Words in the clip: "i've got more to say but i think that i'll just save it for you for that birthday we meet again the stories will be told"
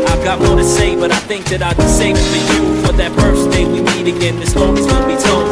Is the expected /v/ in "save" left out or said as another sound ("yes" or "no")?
yes